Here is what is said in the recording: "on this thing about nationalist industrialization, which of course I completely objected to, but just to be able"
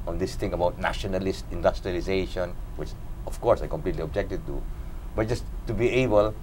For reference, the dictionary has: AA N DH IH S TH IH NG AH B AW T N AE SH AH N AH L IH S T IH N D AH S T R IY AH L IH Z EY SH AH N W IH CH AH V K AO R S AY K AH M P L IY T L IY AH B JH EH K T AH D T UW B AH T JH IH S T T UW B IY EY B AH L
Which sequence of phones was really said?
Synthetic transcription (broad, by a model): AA N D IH S T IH NG AH B AW T N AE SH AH N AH L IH S T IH N D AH S T R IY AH L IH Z EY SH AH N W IH CH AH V K AO R S AY K AH M P L IY T L IY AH B JH EH K T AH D T UW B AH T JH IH S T T UW B IY EY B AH L